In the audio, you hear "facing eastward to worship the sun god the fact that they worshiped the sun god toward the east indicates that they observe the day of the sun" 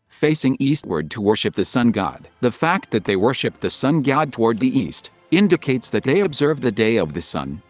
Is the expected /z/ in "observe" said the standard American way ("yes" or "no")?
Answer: yes